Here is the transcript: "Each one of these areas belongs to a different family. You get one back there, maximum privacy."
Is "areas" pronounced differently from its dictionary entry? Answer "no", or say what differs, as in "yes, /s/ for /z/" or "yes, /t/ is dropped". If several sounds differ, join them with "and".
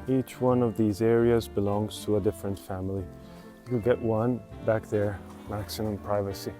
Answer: no